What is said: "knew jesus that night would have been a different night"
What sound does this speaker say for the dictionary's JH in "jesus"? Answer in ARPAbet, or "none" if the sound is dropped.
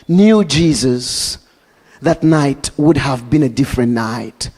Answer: JH